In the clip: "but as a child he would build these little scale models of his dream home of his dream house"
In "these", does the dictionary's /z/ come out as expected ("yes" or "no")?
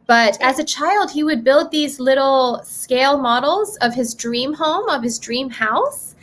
yes